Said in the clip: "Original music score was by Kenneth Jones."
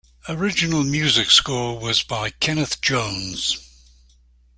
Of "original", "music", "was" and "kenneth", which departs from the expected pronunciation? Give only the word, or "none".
none